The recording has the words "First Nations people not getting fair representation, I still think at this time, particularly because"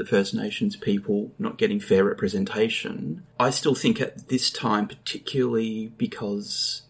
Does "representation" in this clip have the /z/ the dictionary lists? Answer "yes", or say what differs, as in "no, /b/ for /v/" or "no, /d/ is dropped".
yes